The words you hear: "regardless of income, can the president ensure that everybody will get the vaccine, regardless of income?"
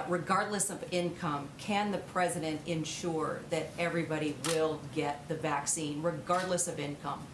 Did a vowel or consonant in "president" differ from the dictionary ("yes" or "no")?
no